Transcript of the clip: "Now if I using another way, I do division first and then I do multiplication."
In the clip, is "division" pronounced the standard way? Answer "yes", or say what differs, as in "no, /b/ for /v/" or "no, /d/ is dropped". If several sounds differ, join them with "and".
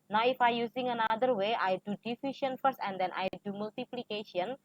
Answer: no, /f/ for /v/ and /ʃ/ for /ʒ/